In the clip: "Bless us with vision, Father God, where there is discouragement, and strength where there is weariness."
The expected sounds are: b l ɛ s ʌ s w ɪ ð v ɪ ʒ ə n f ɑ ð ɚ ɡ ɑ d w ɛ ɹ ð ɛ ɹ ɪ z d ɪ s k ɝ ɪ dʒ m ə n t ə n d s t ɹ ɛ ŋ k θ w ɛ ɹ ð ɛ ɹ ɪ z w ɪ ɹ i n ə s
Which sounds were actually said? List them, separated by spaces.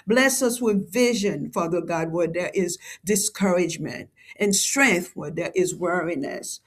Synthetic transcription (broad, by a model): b l ɛ s ʌ s w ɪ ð v ɪ ʒ ə n f ɑ ð ɚ ɡ ɑ d w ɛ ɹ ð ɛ ɹ ɪ z d ɪ s k ɝ ɪ dʒ m ə n t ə n s t ɹ ɛ ŋ k θ w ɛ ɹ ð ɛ ɹ ɪ z w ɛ ɹ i n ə s